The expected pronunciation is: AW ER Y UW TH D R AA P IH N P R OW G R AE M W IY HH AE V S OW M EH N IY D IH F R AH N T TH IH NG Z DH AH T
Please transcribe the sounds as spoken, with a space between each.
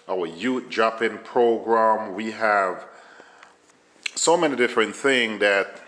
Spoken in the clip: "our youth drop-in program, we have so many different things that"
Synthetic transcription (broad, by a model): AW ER Y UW T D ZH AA P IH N P R OW G R AE M W IY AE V S OW M EH N IY D IH F R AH N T TH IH NG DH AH T